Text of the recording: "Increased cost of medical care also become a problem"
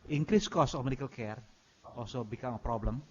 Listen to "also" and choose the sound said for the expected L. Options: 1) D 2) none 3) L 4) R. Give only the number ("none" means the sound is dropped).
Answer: 2